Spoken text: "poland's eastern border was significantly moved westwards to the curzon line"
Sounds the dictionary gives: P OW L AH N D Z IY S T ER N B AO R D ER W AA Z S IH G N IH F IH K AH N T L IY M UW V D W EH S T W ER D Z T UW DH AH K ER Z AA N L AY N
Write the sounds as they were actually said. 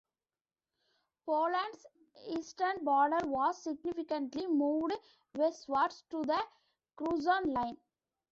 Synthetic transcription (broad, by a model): P OW L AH N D S IY S T ER N B AO R D ER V AA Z S IH G N IH F IH K AH N T L IY M UW V D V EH S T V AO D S T UW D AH K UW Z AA N L AY N